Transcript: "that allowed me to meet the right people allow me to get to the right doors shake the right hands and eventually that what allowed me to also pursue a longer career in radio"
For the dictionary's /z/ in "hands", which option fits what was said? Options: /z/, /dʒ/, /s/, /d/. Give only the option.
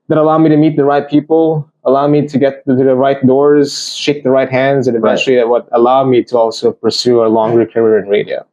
/z/